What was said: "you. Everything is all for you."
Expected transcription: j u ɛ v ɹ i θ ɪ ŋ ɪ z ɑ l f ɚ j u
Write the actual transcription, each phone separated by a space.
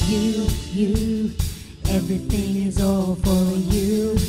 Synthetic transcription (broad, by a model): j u ɛ v ɹ i θ ɪ ŋ ɪ z ɑ l f ɚ j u